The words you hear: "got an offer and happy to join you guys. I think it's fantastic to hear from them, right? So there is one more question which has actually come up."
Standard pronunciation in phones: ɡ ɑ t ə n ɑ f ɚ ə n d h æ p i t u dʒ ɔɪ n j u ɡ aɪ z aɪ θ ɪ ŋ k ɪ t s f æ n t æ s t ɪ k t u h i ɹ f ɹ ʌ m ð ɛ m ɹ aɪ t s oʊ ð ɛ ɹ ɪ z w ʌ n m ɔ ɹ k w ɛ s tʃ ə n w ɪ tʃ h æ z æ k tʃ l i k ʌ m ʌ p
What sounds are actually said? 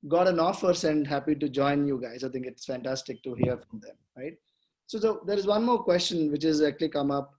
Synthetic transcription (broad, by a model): ɡ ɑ t ə n ɑ f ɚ ə n d h æ p i t u dʒ ɔɪ n j u ɡ aɪ z aɪ t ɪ ŋ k ɪ t s f æ n t æ s t ɪ k t u h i ɹ f ɹ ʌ m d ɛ m ɹ aɪ t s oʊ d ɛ ɹ ɪ z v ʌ n m ɔ ɹ k w ɛ s tʃ ə n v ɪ tʃ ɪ z æ k tʃ l i k ʌ m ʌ p